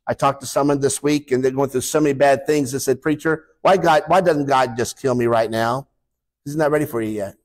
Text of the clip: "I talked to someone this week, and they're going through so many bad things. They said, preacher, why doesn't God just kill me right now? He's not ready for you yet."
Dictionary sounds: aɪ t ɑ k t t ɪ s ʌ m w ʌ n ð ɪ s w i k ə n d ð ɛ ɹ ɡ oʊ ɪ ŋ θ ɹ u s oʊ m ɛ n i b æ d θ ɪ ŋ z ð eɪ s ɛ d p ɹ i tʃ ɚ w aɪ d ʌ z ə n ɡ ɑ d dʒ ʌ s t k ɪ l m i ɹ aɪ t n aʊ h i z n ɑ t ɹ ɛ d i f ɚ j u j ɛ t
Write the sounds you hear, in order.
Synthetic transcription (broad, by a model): aɪ t ɑ k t t ɪ s ʌ m w ʌ n ð ɪ s w i k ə n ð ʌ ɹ ɡ oʊ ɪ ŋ θ ɹ u s oʊ m ɛ n i b æ d θ ɪ ŋ z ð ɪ s ɛ d p ɹ i tʃ ɚ w aɪ d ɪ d ə n ɡ ɑ d dʒ ʌ s k ɪ l m i ɹ aɪ t n aʊ h i z n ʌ t ɹ ɛ d i f ɚ j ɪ j ɛ t